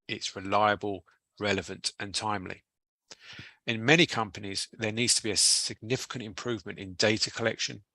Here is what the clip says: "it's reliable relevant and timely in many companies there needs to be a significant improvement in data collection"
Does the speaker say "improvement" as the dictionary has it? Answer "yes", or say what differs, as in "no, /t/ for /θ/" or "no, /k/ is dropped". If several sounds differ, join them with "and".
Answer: yes